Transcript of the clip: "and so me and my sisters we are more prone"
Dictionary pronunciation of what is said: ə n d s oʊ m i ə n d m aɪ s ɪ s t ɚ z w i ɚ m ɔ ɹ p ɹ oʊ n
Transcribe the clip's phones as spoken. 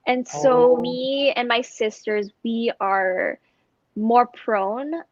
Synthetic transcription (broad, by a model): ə n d s oʊ m i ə n m aɪ s ɪ s t ɚ z w i ɚ m ɔ ɹ p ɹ oʊ n